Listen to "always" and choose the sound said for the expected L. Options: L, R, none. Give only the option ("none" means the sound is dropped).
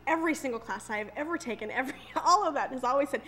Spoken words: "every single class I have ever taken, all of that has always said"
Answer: L